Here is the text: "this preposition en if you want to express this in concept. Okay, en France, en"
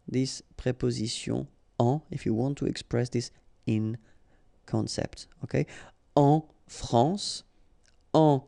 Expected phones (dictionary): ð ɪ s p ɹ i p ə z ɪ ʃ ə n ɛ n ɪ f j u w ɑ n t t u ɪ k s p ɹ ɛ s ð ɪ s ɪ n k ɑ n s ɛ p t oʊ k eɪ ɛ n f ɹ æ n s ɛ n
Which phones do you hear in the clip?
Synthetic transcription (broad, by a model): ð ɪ s p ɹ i p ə z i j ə ɑ ɪ f j u w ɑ n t t u ɪ k s p ɹ ɛ s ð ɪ s ɪ n k ɑ n s ɛ p t oʊ k eɪ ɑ f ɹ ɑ s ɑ